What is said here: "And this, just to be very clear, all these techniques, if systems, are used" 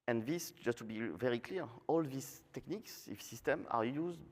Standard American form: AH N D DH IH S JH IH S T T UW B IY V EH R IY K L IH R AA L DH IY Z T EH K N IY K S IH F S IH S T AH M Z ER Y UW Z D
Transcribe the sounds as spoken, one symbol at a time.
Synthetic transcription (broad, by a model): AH N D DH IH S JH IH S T T UW B IY V EH R IY K L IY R AA L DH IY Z T EH K N IY K S IH F S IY S T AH M ER Y UW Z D